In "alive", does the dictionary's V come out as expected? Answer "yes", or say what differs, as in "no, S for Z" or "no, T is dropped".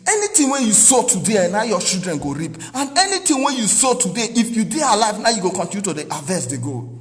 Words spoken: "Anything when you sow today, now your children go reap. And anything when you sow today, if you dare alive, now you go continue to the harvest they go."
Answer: yes